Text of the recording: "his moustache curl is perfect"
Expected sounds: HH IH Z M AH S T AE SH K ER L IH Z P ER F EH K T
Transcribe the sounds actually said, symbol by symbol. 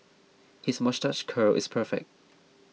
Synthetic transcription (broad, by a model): HH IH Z M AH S T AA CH K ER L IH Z P ER F EH K T